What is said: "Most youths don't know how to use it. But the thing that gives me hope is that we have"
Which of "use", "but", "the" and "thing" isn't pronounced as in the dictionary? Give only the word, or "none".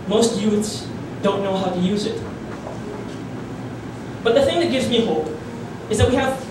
none